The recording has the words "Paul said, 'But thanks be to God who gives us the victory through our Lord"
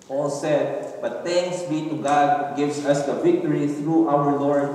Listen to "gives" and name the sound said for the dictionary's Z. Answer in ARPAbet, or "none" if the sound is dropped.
S